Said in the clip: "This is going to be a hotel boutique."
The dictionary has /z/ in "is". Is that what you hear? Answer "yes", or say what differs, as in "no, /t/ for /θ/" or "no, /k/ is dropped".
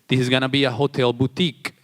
yes